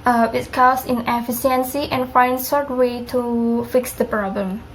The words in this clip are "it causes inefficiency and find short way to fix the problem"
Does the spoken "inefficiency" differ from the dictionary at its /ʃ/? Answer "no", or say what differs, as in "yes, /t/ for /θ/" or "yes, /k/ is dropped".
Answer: yes, /ʃ/ is dropped